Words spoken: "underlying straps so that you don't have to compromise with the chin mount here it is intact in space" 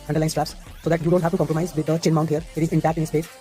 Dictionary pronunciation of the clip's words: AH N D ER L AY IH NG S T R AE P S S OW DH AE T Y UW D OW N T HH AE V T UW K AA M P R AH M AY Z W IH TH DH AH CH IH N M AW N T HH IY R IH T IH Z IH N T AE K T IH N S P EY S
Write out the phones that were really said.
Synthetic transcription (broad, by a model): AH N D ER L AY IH S T R AE P S S OW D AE T Y UW D OW N T HH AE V T UW K AA M P R AH M AY Z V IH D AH CH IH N M AW N T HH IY R IH T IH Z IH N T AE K T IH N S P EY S